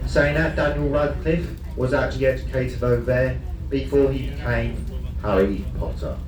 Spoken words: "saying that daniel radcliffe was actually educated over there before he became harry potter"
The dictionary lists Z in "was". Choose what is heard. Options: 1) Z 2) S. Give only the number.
1